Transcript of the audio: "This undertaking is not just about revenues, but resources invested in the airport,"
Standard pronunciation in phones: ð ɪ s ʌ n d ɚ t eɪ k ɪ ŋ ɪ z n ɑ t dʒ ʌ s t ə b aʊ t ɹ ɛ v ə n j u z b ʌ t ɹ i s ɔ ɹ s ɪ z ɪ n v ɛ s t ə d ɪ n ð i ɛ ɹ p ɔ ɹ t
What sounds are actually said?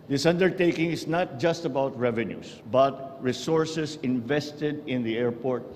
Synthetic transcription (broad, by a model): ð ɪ s ʌ n d ɚ t eɪ k ɪ ŋ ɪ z n ɑ t dʒ ʌ s t ə b aʊ t ɹ ɛ v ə n j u s b ʌ t ɹ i s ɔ ɹ s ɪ s ɪ n v ɛ s t ə d ɪ n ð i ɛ ɹ p ɔ ɹ t